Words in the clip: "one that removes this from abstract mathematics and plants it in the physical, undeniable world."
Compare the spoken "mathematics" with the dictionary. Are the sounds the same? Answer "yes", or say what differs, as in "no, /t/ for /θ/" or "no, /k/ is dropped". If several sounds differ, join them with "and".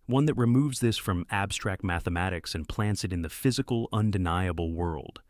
yes